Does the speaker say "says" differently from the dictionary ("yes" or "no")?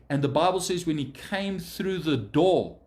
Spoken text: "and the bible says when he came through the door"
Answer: no